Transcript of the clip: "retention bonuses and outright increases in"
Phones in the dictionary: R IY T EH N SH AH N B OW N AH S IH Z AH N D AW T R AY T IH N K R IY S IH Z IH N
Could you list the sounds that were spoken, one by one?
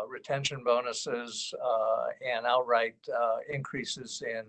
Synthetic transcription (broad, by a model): R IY T EH N SH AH N B OW N AH S IH Z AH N AW T R AY T IH N K R IY S IH Z IH N